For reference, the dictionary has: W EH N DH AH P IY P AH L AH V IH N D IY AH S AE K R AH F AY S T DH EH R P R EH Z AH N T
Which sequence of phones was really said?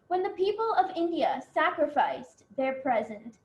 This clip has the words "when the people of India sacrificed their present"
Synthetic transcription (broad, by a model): W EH N DH AH P IY P AH L AH V IH N D IY AH S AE K R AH F AY S DH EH R P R EH Z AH N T